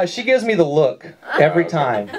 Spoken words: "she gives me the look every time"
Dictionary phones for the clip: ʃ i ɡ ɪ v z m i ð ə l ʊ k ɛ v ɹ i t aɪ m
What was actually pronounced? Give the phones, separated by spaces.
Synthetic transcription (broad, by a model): ʃ i ɡ ɪ v z m i ð ə l ʊ k ɛ v ɹ i t aɪ m